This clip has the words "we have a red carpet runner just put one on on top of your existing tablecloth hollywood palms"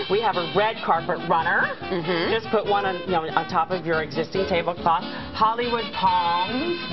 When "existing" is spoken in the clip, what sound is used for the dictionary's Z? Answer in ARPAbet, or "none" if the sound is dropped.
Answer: Z